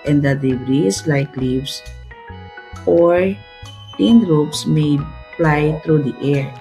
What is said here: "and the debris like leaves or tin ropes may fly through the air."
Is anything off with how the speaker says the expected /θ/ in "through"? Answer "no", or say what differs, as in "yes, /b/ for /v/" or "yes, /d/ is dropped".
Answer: yes, /t/ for /θ/